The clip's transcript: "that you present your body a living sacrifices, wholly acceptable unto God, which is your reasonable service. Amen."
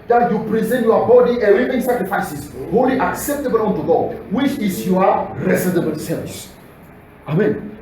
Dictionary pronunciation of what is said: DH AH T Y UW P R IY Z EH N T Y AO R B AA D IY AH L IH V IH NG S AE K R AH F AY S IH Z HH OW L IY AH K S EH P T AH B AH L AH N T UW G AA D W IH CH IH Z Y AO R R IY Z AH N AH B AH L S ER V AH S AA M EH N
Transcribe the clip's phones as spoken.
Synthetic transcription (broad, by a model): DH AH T Y UW P R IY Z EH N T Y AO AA B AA D IY AH W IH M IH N S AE K R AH F AY S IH S HH OW L IY AH K S EH P T AH B AH L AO N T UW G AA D W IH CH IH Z Y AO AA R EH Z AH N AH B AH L S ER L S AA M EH N